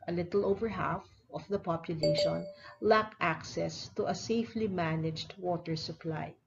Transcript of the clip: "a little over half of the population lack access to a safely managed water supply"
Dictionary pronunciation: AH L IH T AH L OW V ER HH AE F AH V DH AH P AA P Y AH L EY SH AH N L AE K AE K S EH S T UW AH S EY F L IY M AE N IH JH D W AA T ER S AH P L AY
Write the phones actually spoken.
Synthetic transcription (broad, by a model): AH L IH T AH L OW V ER HH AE F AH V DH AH P AA P Y AH L EY SH AH N L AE K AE K S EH S T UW AH S EY F L IY M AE N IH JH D W AA T ER S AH P L AY